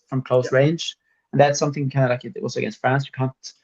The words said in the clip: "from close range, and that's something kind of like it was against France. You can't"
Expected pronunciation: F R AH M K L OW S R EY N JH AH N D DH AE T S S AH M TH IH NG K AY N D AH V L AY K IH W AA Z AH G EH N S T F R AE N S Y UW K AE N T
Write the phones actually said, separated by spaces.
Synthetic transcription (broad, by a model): F R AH M K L OW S R EY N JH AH N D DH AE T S S AH M TH IH NG K AY N D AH L AY K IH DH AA S AH G EH N S T F R AE N S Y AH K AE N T